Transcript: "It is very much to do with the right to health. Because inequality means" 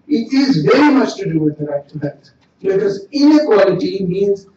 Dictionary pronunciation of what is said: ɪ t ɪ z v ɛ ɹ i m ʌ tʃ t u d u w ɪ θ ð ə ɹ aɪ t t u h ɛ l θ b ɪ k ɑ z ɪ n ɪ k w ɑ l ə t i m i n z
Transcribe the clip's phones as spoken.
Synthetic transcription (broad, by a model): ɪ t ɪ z v ɛ ɹ i m ʌ tʃ t u d u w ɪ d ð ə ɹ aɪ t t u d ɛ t b ɪ k ɑ z ɪ n ɪ k w ɑ l ə t i m i n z